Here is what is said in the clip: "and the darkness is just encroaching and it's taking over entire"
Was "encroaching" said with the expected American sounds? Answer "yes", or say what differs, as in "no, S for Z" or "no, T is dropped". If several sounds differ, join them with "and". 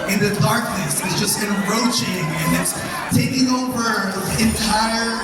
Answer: no, K is dropped